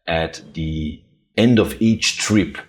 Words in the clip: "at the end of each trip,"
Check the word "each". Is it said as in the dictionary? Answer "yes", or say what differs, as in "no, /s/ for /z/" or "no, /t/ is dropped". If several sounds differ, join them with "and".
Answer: yes